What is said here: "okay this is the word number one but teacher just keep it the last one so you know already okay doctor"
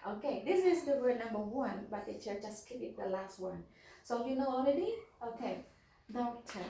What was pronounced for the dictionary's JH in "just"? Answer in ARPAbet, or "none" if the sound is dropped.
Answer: CH